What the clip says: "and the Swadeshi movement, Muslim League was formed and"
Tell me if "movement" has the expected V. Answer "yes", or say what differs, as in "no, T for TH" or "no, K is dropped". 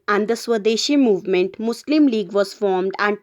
yes